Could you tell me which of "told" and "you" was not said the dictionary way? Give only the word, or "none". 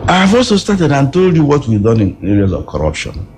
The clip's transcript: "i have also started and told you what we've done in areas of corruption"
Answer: none